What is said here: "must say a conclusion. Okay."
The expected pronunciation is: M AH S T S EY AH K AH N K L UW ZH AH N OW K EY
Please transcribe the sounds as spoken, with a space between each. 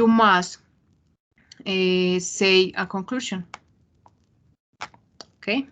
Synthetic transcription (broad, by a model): M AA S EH S EY AH K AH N K L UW SH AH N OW K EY